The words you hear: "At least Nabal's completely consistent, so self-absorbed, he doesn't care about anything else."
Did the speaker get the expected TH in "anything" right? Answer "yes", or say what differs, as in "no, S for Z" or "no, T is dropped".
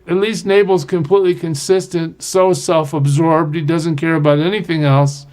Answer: yes